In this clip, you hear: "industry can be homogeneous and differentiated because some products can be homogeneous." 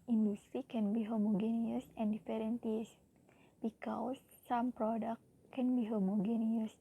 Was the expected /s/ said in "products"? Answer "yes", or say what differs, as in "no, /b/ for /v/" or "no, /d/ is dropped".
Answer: no, /s/ is dropped